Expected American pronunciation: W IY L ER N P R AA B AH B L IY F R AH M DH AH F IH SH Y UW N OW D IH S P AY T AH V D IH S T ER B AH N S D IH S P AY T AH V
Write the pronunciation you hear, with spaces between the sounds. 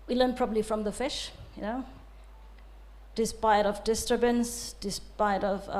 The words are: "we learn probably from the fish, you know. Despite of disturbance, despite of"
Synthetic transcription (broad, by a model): W IY L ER N P R AA B AH B L IY F R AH M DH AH F IH SH Y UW N OW D IH S P AY T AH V D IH S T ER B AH N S D IH S P AY T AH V